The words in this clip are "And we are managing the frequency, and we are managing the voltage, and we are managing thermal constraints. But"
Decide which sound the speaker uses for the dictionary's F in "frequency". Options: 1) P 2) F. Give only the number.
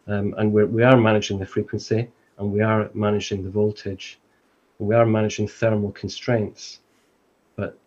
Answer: 2